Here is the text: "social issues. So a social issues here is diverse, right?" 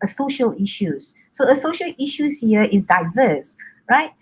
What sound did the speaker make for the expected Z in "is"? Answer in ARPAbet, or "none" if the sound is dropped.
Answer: S